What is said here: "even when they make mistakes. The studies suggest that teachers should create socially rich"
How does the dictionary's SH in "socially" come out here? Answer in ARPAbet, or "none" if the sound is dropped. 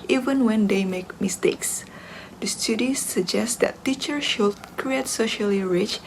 SH